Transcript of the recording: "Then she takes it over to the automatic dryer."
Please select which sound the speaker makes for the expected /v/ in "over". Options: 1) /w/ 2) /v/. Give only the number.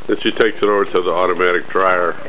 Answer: 1